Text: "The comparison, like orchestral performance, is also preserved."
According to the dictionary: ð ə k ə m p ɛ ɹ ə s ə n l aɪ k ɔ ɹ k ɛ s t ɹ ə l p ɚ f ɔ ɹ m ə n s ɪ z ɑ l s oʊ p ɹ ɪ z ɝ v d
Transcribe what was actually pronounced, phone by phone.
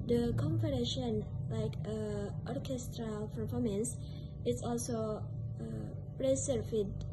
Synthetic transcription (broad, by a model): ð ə k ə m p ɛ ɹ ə ʃ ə n l aɪ k ɔ ɹ k ɛ s t ɹ ə l p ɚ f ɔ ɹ m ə n s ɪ s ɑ l s oʊ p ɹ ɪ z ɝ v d